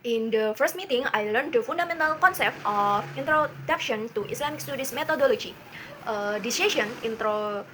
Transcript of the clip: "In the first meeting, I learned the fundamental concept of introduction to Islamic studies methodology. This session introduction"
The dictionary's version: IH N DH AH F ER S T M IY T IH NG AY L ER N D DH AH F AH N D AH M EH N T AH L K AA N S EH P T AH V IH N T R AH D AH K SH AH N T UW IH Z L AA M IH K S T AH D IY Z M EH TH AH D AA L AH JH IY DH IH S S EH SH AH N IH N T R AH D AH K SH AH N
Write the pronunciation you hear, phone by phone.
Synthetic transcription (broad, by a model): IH N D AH F ER S T M IY T IH NG AY L ER N D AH F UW N D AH M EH N T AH L K AA N S EH P T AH F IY N T R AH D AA K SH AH N T UW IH S L AA M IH K S T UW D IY S M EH T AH D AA L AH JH IY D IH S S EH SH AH N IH N T R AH